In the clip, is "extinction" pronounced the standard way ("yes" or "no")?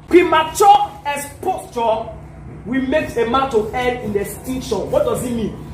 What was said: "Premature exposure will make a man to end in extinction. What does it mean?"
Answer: no